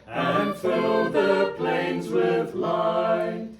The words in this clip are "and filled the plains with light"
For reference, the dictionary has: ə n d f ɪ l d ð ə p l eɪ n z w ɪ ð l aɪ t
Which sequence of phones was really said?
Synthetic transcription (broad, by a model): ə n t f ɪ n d ð ə p l eɪ n z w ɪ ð l aɪ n